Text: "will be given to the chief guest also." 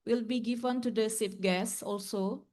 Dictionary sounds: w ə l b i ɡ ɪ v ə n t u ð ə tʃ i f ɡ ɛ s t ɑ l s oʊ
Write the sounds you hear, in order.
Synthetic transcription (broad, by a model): w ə l b i ɡ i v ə n t u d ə s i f ɡ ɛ s ɑ l s oʊ